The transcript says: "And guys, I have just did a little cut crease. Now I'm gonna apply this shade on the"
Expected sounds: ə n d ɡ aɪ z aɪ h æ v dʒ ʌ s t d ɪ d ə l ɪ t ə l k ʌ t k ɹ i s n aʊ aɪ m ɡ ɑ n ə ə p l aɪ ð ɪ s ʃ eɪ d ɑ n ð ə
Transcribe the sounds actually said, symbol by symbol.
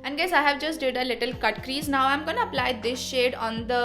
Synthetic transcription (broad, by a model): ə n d ɡ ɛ s aɪ h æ v dʒ ʌ s t d ɪ d ə l ɪ t ə l k ʌ t k ɹ i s n aʊ aɪ m ɡ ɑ n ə ə p l aɪ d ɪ s ʃ eɪ d ɑ n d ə